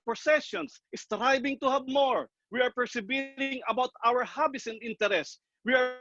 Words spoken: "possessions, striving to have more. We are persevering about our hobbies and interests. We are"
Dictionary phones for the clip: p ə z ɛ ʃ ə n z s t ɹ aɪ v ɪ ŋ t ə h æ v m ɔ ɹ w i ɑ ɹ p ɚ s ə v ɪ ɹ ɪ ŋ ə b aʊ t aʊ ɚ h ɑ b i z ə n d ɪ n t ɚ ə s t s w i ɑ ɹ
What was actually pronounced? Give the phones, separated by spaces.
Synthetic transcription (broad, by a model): p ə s ɛ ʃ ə n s s t ɹ aɪ b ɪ ŋ t ə h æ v m ɔ ɹ w i ɑ ɹ p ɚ s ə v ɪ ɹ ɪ ŋ ə b aʊ t aʊ ɚ h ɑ b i s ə n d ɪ n t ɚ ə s s w i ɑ ɹ